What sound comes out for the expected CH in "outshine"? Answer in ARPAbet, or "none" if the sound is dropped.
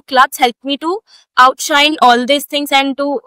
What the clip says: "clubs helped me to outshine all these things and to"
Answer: CH